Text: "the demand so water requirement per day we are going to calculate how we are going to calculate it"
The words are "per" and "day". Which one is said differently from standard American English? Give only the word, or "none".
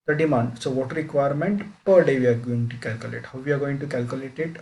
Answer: none